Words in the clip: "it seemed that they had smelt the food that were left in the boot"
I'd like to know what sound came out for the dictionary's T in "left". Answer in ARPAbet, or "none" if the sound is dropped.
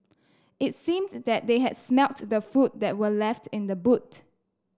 T